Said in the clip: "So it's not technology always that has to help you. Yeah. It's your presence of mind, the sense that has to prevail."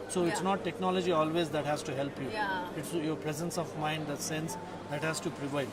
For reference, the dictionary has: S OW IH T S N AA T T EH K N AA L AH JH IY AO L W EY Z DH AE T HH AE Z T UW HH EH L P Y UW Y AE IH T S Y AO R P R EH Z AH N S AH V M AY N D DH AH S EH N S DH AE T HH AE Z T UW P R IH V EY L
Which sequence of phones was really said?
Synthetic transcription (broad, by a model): S OW IH T S N AA T T EH K N AA L AH JH IY AO L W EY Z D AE T HH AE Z T UW HH EH L P Y UW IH T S Y AO R P R EH Z AH N S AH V M AY N D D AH S EH N S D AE T HH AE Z T UW P R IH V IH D